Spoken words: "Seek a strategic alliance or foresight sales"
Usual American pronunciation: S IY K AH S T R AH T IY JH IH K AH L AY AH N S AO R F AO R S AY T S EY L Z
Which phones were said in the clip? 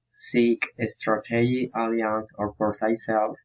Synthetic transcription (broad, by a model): S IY K AH S T R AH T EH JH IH AH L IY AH N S AO R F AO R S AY S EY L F